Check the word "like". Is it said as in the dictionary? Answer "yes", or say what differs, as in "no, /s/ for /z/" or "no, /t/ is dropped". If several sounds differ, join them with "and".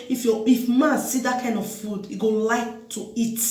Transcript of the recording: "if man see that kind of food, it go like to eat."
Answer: yes